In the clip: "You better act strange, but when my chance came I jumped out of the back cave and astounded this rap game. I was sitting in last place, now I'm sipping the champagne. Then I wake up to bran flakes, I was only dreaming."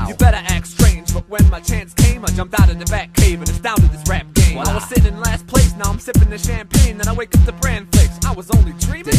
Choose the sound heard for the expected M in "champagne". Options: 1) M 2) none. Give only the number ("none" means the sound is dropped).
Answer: 1